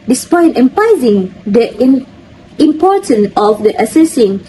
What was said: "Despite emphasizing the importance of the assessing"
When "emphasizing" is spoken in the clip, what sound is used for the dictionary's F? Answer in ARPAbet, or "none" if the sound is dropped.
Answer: P